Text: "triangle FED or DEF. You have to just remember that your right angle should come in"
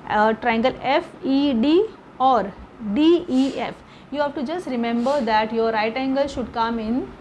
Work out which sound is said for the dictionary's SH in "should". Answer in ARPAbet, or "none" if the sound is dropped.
SH